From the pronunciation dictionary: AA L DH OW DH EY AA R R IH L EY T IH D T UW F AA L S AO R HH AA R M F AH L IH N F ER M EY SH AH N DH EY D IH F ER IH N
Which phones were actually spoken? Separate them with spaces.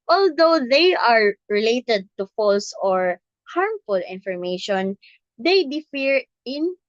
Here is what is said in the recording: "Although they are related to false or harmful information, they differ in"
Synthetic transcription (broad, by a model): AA L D OW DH EY AA R R IH L EY T IH D T UW F AA L S AO R HH AA R M F AH L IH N F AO M EY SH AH N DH EY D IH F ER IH N